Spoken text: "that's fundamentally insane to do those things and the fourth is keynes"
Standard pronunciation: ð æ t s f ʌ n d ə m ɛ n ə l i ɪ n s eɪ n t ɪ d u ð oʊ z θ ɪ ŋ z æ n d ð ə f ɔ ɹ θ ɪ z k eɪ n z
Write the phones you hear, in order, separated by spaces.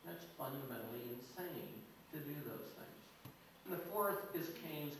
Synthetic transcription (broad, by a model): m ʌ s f ʌ n d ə m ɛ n l i ɪ n s eɪ n t ɪ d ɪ ð oʊ z θ ɪ ŋ z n ð ə f ɔ ɹ θ ɪ z k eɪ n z